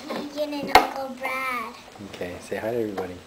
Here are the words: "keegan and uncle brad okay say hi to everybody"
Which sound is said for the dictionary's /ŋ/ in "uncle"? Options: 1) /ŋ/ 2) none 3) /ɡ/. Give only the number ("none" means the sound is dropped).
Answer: 2